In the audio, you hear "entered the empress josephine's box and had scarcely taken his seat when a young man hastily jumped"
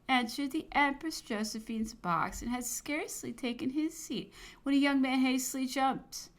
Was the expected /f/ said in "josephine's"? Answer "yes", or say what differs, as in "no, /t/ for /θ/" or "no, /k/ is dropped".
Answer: yes